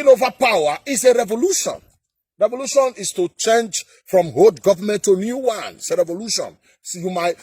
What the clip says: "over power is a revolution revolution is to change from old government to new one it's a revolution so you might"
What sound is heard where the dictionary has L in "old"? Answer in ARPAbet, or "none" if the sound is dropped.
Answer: none